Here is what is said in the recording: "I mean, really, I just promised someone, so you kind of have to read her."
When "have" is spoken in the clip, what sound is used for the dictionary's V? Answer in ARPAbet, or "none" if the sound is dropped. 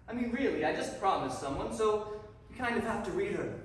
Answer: F